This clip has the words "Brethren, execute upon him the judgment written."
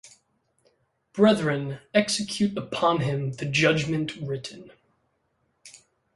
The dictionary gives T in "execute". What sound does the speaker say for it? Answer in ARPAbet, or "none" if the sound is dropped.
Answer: T